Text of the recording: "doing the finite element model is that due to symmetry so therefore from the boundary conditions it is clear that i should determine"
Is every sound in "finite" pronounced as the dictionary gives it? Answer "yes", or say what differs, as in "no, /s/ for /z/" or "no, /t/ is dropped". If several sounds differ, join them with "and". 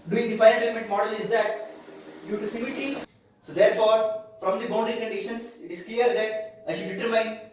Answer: no, /n/ is dropped